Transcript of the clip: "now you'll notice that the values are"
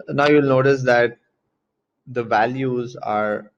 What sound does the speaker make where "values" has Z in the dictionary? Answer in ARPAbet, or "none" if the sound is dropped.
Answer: Z